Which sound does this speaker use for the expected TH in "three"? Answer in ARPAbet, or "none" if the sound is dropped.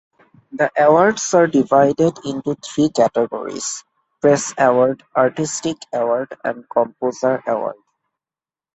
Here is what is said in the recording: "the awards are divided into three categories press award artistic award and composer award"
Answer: T